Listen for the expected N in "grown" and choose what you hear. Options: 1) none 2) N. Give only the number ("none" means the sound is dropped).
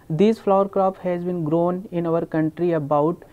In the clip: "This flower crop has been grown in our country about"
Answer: 2